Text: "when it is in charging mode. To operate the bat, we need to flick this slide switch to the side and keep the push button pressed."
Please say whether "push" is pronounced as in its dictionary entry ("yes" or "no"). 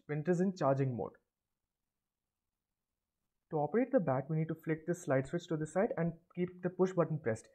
yes